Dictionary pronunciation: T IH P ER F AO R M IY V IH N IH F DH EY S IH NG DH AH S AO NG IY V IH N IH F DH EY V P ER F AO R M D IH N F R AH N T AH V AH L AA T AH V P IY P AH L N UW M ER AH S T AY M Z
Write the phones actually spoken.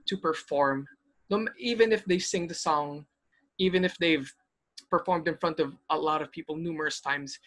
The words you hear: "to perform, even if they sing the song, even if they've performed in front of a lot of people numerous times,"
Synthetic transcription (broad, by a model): T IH P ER F AO R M IY V IH N IH F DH EY S IH NG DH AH S AO NG IY V IH N IH F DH EY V P ER F AO R M D IH N F R AH N T AH V AH L AA T AH V P IY P AH L N UW M ER AH S T AY M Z